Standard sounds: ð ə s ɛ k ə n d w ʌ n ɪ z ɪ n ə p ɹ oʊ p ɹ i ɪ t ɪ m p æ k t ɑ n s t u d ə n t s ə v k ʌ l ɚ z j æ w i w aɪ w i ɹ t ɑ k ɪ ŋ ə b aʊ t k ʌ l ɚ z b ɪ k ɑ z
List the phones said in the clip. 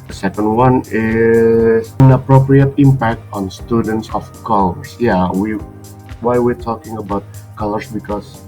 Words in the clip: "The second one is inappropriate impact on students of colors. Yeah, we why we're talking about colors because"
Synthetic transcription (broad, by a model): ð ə s ɛ k ə n d w ʌ n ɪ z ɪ n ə p ɹ oʊ p ɹ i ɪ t ɪ m p æ k t ɑ n s t u d ə n t s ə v k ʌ l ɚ s j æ w i w aɪ w i ɹ t ɑ k ɪ ŋ ə b aʊ t k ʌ l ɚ s b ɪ k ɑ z